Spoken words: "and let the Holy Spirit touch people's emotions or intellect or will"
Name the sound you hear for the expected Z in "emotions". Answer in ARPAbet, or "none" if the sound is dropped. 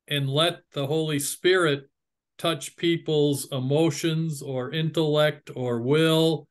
Z